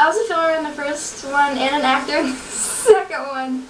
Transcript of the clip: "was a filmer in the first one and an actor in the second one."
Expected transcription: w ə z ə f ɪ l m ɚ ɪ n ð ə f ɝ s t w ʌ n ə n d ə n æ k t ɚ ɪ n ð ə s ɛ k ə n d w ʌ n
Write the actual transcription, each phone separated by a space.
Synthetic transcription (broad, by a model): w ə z ə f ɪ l ɚ ɪ n ð ə f ɝ s t w ʌ n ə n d ə n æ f t ɚ ɪ n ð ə s ɛ k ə n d w ʌ n